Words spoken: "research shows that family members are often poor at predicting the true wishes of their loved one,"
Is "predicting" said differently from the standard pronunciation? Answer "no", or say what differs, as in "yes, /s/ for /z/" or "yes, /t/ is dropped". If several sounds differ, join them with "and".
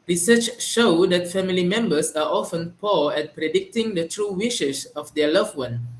no